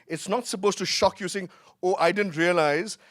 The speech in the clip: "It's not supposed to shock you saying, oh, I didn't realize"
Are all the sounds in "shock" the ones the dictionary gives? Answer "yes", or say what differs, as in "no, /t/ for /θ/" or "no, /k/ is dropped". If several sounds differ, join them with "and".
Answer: yes